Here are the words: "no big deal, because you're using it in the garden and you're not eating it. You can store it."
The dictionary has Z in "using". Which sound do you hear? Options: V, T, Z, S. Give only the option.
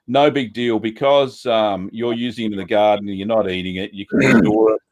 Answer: Z